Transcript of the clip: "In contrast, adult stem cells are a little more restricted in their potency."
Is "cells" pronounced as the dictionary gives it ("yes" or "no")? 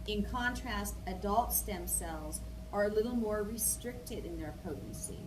yes